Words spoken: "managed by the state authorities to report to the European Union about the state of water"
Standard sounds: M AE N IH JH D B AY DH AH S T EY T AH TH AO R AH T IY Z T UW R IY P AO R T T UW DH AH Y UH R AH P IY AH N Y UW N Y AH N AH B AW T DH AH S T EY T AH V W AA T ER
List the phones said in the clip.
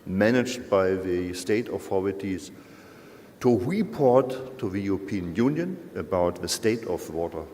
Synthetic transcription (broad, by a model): M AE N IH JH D B AY DH AH S T EY T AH F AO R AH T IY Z T UW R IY P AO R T T UW DH AH Y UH R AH P IY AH N Y UW N Y AH N AH B AW T DH AH S T EY T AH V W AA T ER